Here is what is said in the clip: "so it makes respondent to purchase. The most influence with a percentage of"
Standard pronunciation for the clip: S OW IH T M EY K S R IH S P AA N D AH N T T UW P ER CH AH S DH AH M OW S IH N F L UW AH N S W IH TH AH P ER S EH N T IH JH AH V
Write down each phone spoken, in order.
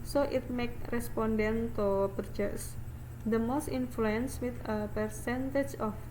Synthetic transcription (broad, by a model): S OW IH T M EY K R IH S P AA N D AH N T T UW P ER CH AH S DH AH M OW S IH N F L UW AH N S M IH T AH P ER S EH N T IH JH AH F